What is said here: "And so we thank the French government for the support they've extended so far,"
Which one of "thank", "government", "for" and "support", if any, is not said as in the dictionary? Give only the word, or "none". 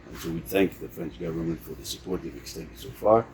none